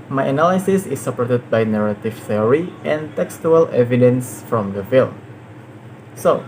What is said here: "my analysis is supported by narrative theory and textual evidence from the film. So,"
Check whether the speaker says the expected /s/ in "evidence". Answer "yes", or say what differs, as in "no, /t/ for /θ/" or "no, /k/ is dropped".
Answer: yes